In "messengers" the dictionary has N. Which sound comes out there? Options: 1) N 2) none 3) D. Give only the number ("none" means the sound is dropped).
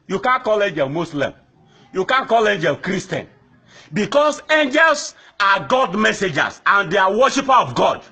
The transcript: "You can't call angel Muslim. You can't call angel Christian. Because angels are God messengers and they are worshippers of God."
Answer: 2